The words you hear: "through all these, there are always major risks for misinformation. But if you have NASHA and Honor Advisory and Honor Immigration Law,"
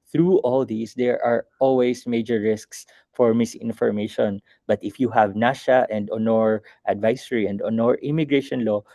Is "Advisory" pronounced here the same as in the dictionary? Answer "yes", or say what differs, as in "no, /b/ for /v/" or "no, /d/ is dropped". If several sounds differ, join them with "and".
no, /s/ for /z/